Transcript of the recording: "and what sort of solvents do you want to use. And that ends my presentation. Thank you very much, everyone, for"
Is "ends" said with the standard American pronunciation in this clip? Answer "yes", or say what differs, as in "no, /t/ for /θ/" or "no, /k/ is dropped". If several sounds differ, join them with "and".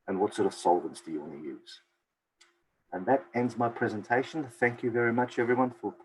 yes